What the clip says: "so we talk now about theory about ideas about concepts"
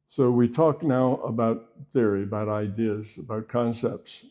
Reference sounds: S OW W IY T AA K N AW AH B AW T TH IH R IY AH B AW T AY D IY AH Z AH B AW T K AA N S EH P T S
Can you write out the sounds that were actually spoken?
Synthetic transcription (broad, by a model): S OW W IY T AA K N AW AH B AW T TH IH R IY AH B AW T AY D IY AH Z AH B AW T K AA N S EH P T S